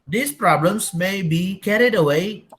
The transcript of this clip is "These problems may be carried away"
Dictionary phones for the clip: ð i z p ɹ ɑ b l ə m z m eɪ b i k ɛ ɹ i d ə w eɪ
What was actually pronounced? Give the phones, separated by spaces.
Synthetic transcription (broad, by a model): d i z p ɹ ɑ b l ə m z m eɪ b i k ɛ ɹ i d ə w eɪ